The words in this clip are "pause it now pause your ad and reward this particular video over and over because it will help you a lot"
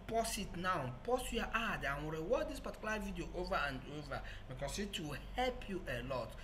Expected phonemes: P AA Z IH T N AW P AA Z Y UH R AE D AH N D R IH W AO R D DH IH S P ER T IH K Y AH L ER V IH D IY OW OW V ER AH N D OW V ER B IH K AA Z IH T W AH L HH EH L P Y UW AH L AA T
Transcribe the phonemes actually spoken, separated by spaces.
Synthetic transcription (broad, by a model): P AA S IH T N AW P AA S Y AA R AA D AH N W R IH W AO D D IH S P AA T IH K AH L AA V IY D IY OW OW V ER AH N D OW V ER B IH K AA S IH T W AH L HH EH L P Y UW AH L AA T